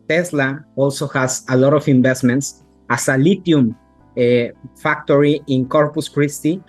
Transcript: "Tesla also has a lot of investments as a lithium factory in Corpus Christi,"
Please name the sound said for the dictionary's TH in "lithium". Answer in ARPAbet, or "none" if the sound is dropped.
T